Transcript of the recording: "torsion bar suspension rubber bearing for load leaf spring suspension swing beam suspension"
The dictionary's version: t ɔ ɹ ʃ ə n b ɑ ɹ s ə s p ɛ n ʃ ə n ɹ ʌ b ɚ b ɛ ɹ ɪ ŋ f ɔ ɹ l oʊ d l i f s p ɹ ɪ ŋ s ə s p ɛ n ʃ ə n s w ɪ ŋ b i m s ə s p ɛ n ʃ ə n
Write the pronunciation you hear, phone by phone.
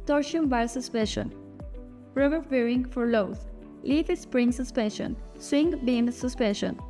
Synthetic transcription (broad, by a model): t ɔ ɹ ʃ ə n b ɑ l s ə s p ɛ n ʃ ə n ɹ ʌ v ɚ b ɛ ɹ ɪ ŋ f ɔ ɹ l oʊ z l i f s p ɹ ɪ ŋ s ə s p ɛ n ʃ ə n s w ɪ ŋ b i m s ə s p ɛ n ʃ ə n